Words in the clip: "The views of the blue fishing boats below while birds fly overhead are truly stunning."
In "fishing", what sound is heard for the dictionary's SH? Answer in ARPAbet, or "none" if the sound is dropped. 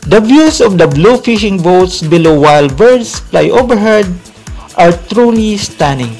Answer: SH